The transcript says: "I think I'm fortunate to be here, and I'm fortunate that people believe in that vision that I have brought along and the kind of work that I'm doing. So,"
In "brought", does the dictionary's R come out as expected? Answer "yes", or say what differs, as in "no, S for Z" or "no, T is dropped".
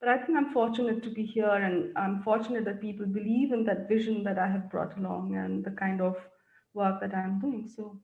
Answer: yes